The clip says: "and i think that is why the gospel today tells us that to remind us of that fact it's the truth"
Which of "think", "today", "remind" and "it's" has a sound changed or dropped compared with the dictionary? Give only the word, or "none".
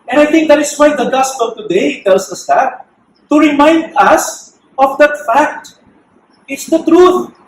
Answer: think